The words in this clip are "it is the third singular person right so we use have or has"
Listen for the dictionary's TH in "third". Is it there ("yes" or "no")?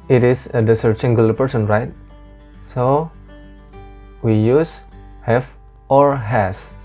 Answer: no